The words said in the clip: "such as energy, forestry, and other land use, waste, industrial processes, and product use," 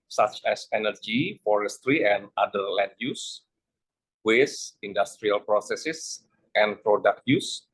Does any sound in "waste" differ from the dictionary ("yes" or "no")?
yes